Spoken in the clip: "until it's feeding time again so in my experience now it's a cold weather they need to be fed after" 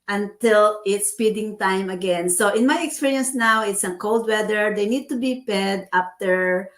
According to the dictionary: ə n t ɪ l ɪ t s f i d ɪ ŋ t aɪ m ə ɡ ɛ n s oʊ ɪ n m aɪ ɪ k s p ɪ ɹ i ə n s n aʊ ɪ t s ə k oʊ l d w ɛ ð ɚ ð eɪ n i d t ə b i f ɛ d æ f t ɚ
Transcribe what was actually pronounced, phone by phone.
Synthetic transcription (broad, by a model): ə n t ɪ l ɪ t s p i d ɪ ŋ t aɪ m ə ɡ ɛ n s oʊ ɪ n m aɪ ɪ k s p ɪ ɹ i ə n s n aʊ ɪ t s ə k oʊ l d w ɛ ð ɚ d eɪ n i d t ə b i p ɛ d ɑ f t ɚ